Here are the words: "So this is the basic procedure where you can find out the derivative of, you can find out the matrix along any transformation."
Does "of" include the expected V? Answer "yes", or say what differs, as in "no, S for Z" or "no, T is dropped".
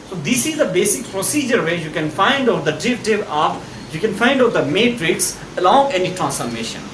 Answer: no, P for V